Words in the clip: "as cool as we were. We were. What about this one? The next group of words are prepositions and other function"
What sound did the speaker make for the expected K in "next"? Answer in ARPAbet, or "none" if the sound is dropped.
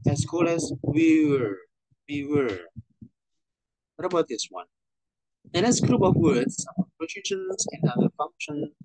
none